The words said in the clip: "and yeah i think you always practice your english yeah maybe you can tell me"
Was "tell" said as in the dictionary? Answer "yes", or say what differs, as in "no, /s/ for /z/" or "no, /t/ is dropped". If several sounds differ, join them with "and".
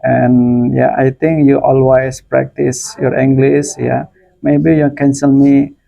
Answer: no, /s/ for /t/